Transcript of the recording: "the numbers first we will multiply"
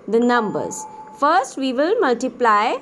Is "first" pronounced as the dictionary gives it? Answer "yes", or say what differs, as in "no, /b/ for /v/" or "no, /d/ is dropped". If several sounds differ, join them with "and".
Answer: yes